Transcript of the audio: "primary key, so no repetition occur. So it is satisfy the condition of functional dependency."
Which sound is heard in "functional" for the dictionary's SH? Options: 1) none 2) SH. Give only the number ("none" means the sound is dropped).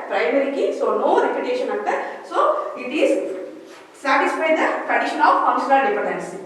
1